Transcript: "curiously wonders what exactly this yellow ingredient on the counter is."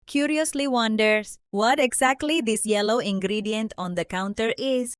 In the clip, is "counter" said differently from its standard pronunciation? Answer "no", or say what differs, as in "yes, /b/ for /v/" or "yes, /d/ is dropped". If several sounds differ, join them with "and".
no